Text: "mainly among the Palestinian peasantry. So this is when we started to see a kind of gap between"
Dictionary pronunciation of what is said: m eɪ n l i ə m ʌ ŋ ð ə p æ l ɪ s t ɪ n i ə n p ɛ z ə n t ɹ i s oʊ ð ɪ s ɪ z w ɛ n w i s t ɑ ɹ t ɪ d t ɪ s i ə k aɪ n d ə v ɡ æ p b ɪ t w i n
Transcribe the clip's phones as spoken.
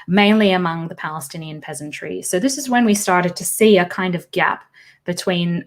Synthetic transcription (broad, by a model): m eɪ n l i ə m ʌ ŋ ð ə p æ l ɪ s t ɪ n i ə n p ɛ z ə n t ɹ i s oʊ ð ɪ s ɪ z w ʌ n w i s t ɑ ɹ t ɪ d t ɪ s i ə k aɪ n d ə v ɡ æ p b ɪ t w i n